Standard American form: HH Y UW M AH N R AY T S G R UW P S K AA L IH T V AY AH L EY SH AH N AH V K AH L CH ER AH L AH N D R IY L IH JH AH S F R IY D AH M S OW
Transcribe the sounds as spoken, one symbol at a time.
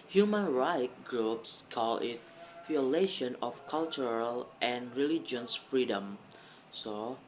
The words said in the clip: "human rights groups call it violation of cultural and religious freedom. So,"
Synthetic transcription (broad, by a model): HH Y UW M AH N R AY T G R UW P S K AA L IH T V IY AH L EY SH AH N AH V K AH L CH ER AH L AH N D R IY L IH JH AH S F R IY D AH M S OW